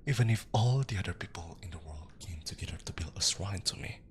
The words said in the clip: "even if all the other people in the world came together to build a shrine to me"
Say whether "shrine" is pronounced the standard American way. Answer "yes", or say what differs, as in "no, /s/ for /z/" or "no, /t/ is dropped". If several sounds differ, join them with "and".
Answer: no, /s/ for /ʃ/